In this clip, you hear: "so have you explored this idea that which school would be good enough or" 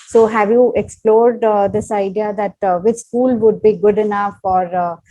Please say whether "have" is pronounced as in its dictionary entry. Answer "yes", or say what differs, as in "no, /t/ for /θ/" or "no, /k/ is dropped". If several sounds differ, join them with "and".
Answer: yes